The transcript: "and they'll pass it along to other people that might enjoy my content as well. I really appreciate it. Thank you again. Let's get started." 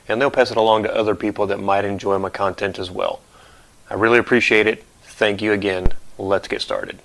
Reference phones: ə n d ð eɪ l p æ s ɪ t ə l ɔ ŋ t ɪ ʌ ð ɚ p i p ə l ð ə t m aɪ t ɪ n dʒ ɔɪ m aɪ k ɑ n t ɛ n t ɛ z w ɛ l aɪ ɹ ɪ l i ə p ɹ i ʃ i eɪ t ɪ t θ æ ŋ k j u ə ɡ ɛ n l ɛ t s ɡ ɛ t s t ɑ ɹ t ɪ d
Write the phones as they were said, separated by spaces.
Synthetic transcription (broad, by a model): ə n ð eɪ l p æ s ɪ t ə l ɔ ŋ t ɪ ʌ ð ɚ p i p l ð ə t m aɪ t ɪ n dʒ ɔɪ m aɪ k ɑ n t ɛ n t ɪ z w ɛ l aɪ ɹ ɪ l i ə p ɹ i ʃ i eɪ t ɪ t θ æ ŋ k j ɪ ə ɡ ɛ n l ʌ t s ɡ ɛ t s t ɑ ɹ t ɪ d